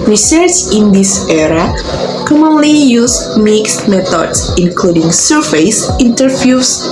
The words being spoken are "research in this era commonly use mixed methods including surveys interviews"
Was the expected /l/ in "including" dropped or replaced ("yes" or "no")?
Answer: no